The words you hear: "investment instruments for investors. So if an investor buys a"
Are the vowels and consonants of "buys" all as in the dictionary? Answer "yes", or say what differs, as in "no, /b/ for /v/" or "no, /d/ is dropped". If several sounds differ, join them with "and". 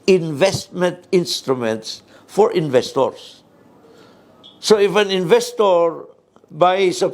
no, /s/ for /z/